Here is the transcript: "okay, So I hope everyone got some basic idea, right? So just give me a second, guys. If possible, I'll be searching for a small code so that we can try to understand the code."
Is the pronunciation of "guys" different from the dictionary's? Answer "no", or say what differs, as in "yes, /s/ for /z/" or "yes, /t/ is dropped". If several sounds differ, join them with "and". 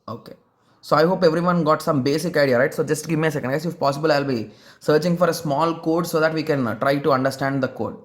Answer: yes, /z/ is dropped